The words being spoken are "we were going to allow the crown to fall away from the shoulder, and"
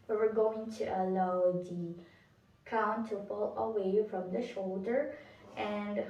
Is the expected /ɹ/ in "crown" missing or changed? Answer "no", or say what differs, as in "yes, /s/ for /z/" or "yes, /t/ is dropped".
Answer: yes, /ɹ/ is dropped